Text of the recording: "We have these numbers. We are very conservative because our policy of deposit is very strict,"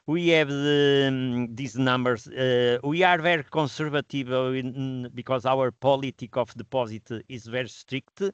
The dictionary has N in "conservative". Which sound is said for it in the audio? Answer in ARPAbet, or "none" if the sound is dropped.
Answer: none